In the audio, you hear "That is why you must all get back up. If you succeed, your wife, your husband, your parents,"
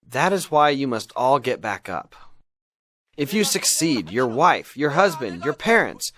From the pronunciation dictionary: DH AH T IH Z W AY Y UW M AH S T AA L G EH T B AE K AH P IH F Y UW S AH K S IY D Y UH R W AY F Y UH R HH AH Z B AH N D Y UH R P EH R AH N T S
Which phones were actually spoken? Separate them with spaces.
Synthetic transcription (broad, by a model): DH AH T IH Z W AY Y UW M AH S T AA L G EH T B AE K AH P IH F Y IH S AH K S IY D Y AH R W AY F Y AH R HH AH Z B AH N D Y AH R P EH R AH N T S